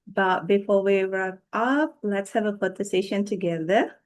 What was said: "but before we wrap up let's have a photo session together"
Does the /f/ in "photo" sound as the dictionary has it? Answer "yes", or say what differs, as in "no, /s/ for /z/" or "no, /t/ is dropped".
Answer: no, /p/ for /f/